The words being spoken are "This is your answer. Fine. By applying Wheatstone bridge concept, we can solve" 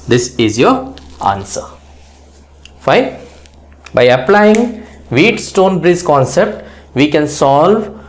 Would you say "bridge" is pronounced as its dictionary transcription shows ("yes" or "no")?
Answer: no